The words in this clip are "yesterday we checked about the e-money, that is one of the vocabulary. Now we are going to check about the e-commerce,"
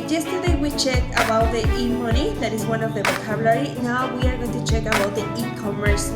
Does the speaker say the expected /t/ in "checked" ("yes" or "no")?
no